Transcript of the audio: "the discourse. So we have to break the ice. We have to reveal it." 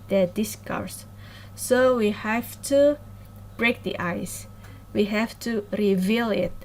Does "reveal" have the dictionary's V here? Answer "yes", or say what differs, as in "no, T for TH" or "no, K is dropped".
yes